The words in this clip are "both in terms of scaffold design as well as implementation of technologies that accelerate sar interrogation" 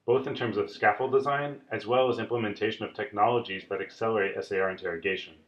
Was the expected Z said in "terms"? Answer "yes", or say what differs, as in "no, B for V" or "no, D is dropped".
yes